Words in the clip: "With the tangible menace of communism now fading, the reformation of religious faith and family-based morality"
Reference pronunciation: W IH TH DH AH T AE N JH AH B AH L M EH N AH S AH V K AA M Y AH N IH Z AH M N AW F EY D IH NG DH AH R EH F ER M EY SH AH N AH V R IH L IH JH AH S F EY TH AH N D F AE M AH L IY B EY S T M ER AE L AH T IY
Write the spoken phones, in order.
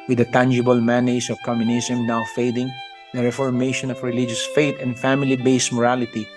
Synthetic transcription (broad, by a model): W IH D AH T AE N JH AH B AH L M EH N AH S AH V K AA M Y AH N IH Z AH M N AW F EY D IH NG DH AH R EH F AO M EY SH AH N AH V R IH L IH JH AH S F EY T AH N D F AE M AH L IY B EY S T M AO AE L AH T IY